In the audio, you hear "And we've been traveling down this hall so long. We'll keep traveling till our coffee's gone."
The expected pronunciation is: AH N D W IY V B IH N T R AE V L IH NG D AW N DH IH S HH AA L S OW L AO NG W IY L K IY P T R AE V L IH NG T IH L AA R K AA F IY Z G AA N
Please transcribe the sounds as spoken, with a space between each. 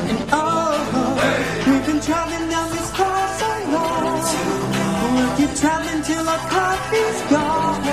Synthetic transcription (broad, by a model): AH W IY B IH N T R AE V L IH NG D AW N DH IH S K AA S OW W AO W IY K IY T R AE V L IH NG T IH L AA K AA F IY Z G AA